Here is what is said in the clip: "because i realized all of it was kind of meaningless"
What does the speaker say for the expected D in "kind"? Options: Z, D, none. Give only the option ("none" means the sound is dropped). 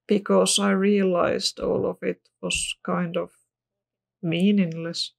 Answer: D